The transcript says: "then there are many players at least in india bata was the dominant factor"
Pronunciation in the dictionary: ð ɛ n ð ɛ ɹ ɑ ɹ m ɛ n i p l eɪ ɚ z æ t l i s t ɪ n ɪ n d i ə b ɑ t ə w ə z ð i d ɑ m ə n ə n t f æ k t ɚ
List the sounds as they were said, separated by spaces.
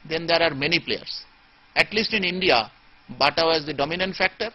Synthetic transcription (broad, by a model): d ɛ n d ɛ ɹ ɑ ɹ m ɛ n i p l eɪ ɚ s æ t l i s t ɪ n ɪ n d i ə b ɑ t ə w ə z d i d ɑ m ə n ə n t f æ k t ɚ